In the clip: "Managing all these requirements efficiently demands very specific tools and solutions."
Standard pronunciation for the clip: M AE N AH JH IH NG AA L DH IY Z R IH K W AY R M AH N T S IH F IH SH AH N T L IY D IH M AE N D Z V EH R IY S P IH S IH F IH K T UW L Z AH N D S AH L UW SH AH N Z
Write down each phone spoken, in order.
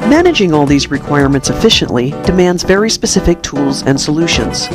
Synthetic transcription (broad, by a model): M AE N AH JH IH NG AA L DH IY Z R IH K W AY R M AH N T S IH F IH SH AH N T L IY D IH M AE N D Z V EH R IY S P IH S IH F IH K T UW L Z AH N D S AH L UW SH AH N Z